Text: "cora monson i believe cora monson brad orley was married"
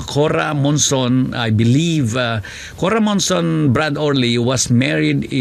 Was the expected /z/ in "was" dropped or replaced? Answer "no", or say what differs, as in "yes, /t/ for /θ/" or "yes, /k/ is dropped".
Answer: yes, /s/ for /z/